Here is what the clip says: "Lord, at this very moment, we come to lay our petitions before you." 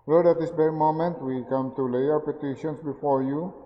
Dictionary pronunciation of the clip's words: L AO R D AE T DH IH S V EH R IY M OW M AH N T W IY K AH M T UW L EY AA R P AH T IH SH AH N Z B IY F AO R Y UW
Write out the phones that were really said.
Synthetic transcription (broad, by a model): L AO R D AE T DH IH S B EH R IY M OW M AH N T W IY K AH M T UW L EY AA R P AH T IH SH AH N S B IY F AO R Y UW